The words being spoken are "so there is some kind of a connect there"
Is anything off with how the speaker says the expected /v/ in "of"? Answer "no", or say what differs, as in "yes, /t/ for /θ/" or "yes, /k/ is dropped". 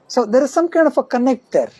yes, /f/ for /v/